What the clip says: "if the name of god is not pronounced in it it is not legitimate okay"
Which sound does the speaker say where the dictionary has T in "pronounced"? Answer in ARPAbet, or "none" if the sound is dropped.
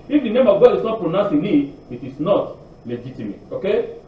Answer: none